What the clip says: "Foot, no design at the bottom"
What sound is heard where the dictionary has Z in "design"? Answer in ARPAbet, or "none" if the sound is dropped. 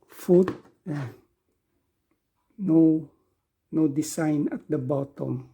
S